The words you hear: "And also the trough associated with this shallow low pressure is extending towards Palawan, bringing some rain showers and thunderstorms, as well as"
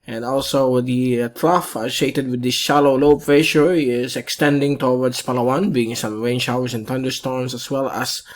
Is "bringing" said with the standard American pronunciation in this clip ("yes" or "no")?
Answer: no